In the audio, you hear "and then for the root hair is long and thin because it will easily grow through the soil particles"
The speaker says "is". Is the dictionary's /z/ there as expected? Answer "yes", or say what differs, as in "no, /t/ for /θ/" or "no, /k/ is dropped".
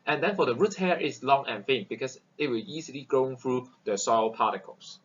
no, /s/ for /z/